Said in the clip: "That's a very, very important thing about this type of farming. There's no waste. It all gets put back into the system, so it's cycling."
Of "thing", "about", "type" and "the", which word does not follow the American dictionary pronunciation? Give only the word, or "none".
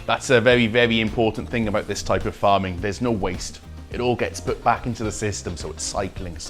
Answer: none